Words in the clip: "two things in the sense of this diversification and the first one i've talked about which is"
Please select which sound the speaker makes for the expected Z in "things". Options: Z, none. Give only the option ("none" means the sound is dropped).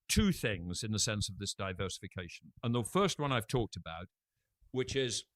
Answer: Z